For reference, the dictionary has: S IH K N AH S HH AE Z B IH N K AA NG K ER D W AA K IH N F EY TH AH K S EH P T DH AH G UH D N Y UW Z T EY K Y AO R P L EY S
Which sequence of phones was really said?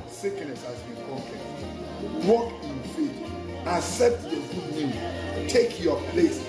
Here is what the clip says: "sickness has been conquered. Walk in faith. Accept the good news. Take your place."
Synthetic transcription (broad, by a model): S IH K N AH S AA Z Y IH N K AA K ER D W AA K IH N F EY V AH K S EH P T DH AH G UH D N Y UW Z T EY K Y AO P L EY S